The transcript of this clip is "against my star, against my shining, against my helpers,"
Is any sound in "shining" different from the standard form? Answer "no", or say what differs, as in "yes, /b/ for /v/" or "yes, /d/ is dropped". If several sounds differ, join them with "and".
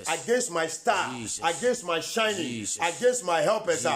no